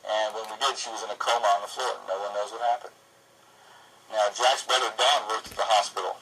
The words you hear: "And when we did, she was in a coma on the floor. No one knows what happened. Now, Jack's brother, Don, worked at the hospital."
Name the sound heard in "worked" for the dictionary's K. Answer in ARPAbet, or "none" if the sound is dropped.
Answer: none